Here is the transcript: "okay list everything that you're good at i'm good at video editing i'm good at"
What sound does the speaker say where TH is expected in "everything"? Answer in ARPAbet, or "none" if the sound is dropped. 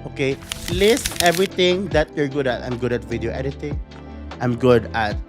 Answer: T